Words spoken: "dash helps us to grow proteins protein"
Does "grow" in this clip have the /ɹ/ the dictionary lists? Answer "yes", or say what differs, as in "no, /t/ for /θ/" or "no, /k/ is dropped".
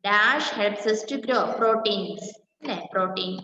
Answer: yes